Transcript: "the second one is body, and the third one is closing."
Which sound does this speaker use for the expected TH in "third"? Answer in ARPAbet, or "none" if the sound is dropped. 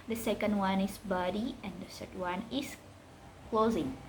S